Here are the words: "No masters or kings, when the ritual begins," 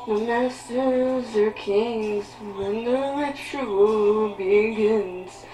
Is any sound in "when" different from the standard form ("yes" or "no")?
no